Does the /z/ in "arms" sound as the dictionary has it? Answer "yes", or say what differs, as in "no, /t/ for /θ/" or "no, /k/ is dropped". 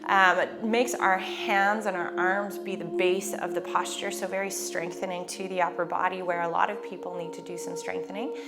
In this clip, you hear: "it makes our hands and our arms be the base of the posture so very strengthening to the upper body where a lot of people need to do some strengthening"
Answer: yes